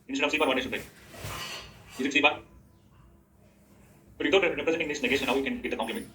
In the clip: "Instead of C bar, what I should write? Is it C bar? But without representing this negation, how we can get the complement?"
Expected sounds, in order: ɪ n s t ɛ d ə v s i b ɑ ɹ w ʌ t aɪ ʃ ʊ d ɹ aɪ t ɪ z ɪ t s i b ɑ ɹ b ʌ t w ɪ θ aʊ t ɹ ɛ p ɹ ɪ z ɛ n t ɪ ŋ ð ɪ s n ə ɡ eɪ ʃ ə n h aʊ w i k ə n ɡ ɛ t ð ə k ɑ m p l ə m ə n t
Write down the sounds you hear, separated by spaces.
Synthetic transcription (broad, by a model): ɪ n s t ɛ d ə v s i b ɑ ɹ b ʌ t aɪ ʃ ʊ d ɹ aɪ ɪ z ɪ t s i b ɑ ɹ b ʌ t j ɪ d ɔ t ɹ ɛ p ɹ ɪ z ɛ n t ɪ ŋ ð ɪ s n ə ɡ eɪ ʃ ə n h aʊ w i k ə n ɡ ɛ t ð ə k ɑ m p l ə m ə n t